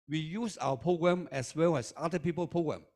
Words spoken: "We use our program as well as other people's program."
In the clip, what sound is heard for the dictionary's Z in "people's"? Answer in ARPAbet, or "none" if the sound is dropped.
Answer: none